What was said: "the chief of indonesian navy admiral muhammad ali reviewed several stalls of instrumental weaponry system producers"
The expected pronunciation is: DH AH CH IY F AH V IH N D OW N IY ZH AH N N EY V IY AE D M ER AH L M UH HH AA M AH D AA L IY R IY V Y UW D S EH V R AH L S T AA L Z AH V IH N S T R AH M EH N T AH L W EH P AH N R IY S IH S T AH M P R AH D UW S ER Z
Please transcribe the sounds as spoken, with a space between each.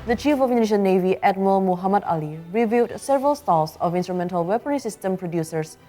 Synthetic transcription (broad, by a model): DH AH CH IY F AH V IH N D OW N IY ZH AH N N EY V IY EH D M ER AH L M UH HH AA M AH D AA L IY R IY V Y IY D S EH V R AH L S T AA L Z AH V IH N S T R AH M EH N T AH L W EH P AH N IY S IH S T AH M P R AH D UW S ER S